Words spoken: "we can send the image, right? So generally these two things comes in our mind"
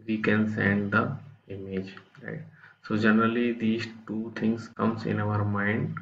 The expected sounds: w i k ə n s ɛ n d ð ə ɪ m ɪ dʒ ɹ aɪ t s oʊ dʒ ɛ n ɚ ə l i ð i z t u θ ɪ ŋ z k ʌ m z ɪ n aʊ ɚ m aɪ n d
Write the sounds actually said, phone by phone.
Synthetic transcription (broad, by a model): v i k ə n s ɛ n d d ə ɪ m ɪ dʒ ɹ aɪ t s oʊ dʒ ɛ n ɚ ə l i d i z t u t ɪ ŋ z k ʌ m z ɪ n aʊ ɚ m aɪ n d